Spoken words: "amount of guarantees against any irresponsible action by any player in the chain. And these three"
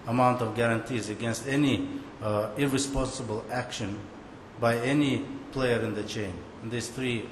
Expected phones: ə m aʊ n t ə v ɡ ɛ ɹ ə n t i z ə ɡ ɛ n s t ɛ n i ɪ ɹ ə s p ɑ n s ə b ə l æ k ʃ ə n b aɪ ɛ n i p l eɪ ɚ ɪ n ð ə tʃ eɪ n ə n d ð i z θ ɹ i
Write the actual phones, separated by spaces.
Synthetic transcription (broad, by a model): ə m aʊ n t ə v ɡ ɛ ɹ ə n t i z ə ɡ ɛ n s t ɛ n i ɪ ɹ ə s p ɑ n s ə b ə l æ k ʃ ə n b aɪ ɛ n i p l eɪ ɚ ɪ n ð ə tʃ eɪ ə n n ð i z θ ɹ i